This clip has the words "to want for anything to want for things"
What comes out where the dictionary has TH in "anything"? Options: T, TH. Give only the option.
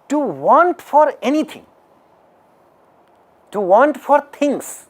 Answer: T